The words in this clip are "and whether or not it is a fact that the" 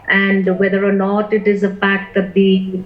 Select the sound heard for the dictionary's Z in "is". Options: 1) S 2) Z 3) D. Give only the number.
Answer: 2